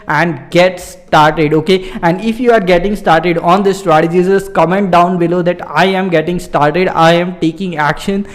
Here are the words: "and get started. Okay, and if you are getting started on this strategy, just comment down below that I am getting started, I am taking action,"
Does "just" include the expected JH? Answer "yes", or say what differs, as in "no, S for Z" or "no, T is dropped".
no, Z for JH